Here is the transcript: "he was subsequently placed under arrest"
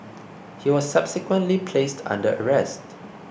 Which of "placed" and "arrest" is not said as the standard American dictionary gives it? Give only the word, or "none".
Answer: none